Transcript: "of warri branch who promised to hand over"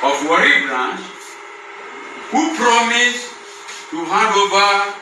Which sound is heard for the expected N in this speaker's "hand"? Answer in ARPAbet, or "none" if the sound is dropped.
none